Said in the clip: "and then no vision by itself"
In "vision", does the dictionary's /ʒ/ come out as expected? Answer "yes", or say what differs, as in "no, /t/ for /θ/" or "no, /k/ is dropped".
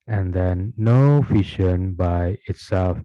no, /ʃ/ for /ʒ/